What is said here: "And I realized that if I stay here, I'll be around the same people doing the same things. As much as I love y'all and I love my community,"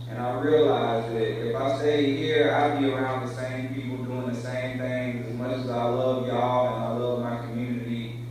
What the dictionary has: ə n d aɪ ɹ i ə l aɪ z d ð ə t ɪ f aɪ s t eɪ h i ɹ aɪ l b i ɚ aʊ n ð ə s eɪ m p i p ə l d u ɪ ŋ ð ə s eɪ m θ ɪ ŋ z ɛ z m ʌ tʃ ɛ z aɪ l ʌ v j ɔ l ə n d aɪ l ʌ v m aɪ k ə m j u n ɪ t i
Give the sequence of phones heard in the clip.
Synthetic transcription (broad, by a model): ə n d aɪ ɹ i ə l aɪ z ð ə t ɪ f aɪ s t eɪ h i ɹ aɪ b i ɚ aʊ n ð ə s eɪ m p i p l d u ɪ ŋ ð ə s eɪ m θ ɪ ŋ ɪ z m ʌ tʃ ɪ z aɪ l ʌ v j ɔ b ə n aɪ l ʌ v m aɪ k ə m j u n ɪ t i